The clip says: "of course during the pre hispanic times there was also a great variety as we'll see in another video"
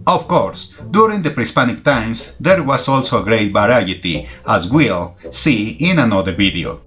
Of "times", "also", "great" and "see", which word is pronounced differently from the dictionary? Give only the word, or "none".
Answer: times